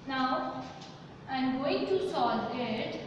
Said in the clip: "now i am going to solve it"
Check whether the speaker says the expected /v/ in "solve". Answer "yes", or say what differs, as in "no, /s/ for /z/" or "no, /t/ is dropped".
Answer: no, /v/ is dropped